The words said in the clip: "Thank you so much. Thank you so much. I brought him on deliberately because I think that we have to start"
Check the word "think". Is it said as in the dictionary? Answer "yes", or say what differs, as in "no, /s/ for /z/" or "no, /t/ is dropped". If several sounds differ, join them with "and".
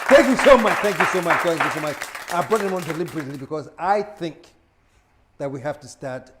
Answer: yes